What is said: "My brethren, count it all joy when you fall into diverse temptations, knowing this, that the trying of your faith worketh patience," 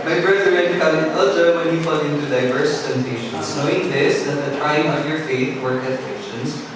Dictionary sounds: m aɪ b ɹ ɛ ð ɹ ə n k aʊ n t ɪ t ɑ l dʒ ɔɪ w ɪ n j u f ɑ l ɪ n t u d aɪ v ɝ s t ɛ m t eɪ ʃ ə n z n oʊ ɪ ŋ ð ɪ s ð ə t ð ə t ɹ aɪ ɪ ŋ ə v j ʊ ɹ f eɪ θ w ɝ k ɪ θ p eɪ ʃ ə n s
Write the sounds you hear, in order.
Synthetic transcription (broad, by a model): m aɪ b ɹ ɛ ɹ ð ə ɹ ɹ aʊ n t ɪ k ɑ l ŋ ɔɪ w ɪ n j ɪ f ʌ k ɪ n t u d aɪ v ɝ s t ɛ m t eɪ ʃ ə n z n oʊ ɪ ŋ ð ɪ s ð ə t ð ə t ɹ aɪ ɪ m ə v j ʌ ɹ f eɪ θ w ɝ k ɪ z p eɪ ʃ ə n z